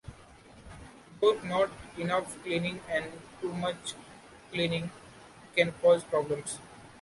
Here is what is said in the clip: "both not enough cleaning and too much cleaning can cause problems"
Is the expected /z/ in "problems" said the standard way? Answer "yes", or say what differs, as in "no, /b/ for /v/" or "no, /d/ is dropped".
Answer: no, /s/ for /z/